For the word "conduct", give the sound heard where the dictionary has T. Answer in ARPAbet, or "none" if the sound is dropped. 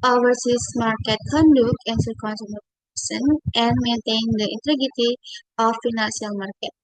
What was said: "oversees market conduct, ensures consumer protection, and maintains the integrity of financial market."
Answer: none